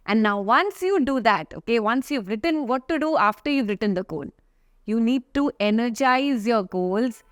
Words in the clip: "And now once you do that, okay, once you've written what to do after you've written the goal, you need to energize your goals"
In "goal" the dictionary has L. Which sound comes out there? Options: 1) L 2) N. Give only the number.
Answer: 2